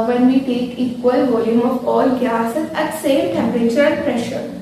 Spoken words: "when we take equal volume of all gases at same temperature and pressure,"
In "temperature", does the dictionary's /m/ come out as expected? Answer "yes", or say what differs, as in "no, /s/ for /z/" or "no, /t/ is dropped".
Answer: yes